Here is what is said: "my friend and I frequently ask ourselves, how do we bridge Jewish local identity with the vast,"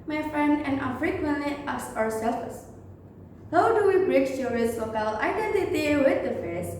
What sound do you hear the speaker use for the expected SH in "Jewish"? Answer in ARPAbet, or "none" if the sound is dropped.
S